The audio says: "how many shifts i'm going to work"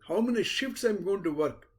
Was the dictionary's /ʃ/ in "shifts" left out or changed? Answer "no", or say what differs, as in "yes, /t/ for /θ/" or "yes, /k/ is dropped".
no